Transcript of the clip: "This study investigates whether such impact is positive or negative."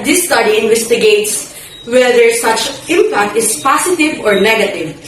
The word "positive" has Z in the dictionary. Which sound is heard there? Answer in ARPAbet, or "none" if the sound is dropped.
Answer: S